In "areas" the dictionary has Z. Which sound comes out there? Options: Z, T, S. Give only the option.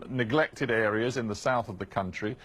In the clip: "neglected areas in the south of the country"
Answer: Z